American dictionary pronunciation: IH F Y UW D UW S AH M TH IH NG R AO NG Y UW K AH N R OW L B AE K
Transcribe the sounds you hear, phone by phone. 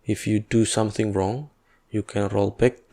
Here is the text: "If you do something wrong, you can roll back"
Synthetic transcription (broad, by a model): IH F Y UW D UW S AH M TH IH NG R AO NG Y UW K AH N R OW L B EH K